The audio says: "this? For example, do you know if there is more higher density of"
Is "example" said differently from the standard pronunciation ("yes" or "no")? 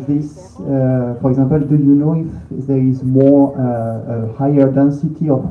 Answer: yes